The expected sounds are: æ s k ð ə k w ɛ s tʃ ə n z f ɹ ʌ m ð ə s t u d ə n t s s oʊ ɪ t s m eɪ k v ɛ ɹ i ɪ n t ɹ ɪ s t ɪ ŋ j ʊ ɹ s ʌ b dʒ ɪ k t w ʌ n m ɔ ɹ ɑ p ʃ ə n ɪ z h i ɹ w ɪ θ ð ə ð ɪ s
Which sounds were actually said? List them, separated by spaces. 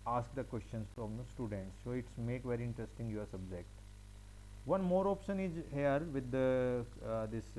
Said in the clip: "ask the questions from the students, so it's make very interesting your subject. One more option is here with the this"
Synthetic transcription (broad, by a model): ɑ s k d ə k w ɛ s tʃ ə n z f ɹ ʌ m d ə s t u d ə n t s s oʊ ɪ t s m eɪ k v ɛ ɹ i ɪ n t ɹ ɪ s t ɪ ŋ j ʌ ɹ s ʌ b dʒ ɪ k t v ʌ n m ɔ ɹ ɑ p ʃ ə n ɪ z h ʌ ɹ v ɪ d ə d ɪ s